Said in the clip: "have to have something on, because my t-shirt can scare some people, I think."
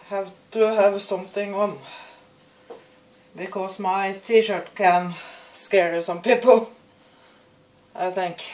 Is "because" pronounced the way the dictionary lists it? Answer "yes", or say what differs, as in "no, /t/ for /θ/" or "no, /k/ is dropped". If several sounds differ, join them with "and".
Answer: no, /s/ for /z/